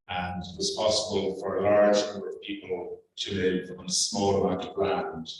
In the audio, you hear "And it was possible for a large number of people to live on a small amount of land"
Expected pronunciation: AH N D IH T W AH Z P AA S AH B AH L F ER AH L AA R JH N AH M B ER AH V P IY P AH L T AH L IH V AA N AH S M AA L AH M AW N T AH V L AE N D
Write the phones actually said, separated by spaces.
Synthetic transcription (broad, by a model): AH N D IH T W AH Z P AA S AH B AH L F ER AH L AA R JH N AH M B ER AH V P IY P AH L T AH L IH V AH N AH S M AA L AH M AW T AH V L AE N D